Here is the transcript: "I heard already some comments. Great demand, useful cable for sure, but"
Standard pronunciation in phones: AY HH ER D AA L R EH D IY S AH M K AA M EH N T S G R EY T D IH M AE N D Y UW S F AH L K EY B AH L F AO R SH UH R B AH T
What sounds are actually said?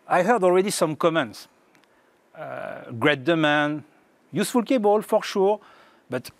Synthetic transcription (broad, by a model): AY HH ER D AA L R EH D IY S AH M K AA M EH N T S G R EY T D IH M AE N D Y UW S F AH L K EY B AH L F AO R SH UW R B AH T